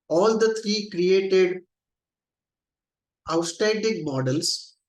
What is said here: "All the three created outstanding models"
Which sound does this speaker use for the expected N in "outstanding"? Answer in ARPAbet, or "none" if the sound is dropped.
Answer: none